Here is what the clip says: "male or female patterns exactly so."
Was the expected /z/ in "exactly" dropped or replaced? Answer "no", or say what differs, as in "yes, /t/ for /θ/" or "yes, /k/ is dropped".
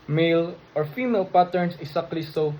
yes, /s/ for /z/